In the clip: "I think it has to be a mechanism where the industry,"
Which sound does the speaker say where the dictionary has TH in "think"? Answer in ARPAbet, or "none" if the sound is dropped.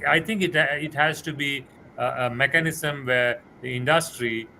T